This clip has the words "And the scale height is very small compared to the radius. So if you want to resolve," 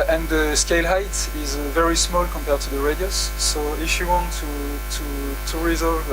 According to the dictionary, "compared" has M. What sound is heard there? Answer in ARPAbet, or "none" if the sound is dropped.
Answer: M